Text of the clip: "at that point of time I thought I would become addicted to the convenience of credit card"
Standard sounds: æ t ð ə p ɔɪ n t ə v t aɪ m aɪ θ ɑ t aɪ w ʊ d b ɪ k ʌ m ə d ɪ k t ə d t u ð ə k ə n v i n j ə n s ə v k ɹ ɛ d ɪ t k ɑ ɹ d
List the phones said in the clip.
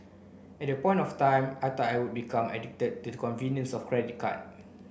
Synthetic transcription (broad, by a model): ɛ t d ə p ɔɪ n t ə f t aɪ m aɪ t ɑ aɪ w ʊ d b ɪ k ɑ m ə d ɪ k t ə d t u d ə k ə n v i n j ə n s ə f k ɹ ɛ d ɪ t k ɑ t